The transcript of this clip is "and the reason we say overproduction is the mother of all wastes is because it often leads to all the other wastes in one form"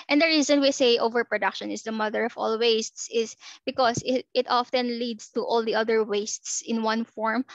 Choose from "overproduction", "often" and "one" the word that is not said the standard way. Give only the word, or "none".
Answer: none